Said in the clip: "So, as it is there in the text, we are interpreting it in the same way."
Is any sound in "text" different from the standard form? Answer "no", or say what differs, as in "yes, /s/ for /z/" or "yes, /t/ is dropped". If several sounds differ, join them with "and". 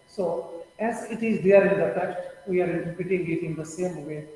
yes, /s/ is dropped